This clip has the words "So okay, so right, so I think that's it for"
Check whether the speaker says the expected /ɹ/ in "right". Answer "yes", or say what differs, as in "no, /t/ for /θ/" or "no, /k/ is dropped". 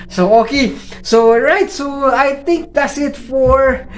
yes